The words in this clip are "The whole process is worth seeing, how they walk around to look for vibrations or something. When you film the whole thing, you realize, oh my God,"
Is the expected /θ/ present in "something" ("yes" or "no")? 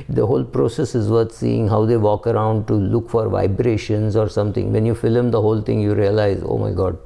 no